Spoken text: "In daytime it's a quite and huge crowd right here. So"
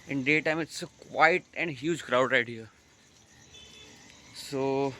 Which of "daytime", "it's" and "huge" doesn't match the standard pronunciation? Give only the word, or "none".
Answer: none